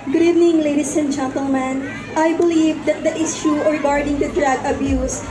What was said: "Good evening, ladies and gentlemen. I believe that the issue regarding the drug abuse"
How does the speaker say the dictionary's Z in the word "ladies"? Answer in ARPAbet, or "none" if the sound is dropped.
S